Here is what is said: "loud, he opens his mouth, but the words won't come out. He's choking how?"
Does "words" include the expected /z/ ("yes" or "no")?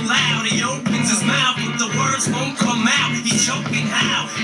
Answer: yes